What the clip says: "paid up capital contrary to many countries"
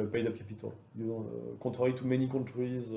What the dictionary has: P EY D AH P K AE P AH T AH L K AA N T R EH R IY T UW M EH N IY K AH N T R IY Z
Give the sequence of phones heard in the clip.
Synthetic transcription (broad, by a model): P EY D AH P K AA P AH T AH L K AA T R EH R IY T UW M EH N IY K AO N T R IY Z